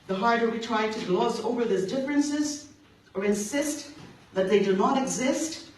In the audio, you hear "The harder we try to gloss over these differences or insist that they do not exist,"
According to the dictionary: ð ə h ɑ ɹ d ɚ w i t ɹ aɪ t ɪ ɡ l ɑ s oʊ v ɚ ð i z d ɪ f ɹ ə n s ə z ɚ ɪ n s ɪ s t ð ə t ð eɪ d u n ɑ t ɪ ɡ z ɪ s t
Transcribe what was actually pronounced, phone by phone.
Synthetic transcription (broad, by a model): ð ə h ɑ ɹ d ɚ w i t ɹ aɪ t ɪ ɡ l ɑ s oʊ v ɚ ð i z d ɪ f ɹ ə n s ə z ɚ ɪ n s ɪ s t ð ə t ð eɪ d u n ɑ t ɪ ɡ z ɪ s t